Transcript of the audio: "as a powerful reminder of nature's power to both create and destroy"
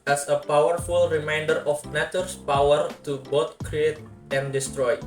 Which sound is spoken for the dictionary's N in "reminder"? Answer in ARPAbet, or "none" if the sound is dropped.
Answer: N